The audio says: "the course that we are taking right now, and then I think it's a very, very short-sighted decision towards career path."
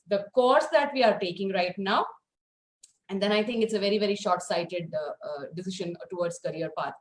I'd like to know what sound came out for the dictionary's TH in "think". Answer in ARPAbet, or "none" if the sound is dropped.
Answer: T